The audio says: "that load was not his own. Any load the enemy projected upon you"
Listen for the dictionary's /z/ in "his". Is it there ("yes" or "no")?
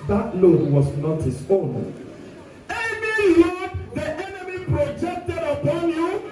no